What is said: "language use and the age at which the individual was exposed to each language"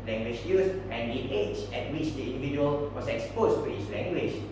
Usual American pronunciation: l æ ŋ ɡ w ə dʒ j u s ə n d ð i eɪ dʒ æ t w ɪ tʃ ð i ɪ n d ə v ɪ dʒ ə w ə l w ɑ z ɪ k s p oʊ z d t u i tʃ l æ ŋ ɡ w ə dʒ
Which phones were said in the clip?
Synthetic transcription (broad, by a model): l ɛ ŋ ɡ w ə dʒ j u s ə n d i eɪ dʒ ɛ t w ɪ tʃ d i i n d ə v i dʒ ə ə l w ɑ s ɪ k s p oʊ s t u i s l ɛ ŋ ɡ w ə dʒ